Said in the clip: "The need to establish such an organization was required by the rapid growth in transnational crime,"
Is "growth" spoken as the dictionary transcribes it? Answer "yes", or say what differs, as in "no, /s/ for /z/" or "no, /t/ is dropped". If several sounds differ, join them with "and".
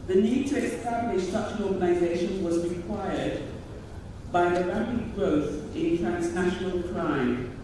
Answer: yes